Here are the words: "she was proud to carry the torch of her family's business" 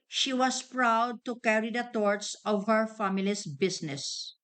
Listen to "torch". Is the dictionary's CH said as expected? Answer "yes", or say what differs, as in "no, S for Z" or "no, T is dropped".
no, S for CH